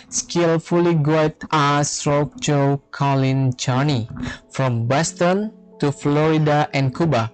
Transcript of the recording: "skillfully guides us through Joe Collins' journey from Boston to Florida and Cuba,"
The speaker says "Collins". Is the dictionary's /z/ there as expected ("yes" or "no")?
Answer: no